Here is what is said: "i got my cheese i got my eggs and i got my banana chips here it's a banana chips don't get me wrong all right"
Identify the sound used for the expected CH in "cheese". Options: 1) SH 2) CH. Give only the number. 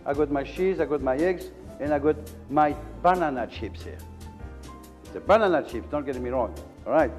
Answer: 1